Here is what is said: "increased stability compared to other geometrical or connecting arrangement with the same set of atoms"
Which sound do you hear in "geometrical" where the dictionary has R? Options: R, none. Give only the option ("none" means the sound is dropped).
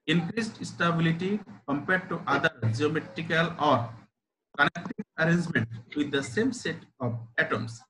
R